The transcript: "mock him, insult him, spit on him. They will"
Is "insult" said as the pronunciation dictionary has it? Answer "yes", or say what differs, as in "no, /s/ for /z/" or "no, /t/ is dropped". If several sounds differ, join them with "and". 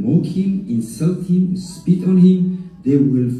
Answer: yes